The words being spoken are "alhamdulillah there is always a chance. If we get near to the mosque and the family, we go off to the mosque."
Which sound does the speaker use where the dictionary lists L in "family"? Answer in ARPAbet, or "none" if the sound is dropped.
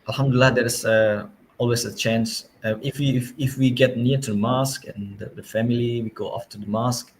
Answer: L